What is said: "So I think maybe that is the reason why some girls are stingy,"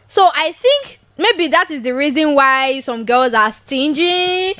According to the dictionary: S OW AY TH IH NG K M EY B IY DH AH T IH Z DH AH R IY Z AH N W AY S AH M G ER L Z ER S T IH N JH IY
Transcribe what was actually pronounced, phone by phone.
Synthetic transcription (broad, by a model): S OW AY TH IH NG K M EY B IY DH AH T IH Z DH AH R IY Z AH N W AY S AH M G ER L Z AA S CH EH N JH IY